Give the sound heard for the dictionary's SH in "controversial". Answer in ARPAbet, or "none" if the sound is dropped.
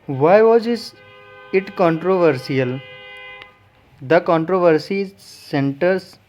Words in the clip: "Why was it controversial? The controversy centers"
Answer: S